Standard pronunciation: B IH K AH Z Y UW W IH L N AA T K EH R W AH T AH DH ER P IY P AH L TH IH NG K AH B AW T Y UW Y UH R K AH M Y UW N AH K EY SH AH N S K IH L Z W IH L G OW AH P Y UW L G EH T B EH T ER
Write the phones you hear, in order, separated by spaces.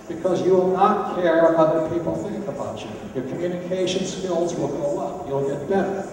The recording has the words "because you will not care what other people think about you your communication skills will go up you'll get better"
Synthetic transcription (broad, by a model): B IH K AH Z Y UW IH L N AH T K EH R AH AH DH ER P IY P L TH IH NG K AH B AW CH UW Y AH R K AH M Y UW N AH K EY SH AH N S K IH L Z W IH L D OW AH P Y UW L G EH T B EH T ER